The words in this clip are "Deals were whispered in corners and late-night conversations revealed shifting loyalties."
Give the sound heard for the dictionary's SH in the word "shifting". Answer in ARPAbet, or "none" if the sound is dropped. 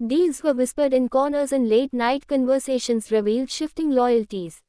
SH